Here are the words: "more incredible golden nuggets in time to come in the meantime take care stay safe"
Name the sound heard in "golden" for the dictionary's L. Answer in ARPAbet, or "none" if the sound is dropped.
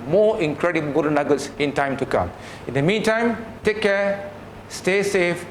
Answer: none